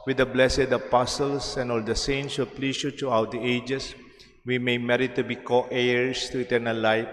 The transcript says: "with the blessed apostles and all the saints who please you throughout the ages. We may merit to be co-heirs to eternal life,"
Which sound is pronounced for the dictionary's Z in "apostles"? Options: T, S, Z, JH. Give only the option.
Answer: S